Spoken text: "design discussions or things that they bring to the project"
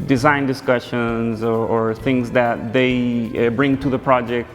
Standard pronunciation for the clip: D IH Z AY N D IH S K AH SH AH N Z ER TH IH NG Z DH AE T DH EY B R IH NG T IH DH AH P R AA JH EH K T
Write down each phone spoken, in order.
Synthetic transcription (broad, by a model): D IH Z AY N D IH S K AH SH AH N Z ER TH IH NG Z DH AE T DH EY B R IH NG T IH DH AH P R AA JH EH K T